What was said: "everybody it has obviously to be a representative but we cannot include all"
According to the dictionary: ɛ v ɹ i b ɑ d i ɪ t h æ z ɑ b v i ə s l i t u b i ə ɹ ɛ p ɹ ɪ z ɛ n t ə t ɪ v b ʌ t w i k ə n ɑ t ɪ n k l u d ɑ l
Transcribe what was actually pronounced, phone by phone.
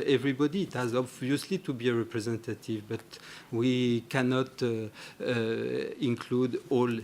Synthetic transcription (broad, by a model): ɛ v ɹ i b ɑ d i t h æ z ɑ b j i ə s l i t u b i ə ɹ ɛ p ɹ ɪ z ɛ n t ə t ɪ v b ʌ t w i k ə n ɑ t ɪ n k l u d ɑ l